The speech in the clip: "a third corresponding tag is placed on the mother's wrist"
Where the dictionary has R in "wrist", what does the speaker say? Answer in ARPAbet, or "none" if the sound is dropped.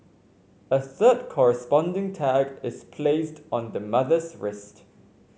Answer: R